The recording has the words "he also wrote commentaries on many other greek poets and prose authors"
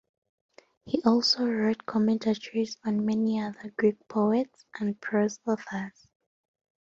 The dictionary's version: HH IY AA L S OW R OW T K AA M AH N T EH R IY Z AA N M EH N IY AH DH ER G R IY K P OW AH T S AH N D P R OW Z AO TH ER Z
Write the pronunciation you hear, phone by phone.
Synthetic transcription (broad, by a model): HH IY AA L S OW R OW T K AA M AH N T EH R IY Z AA N M EH N IY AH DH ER G R IY K P OW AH T S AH N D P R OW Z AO F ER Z